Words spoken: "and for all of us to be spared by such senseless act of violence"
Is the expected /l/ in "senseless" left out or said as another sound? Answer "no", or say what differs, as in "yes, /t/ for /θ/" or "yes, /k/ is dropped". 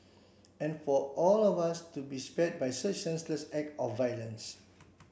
no